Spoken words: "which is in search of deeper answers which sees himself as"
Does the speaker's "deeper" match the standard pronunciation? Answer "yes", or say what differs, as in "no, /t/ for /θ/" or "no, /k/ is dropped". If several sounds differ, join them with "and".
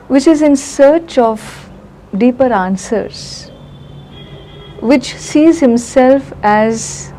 yes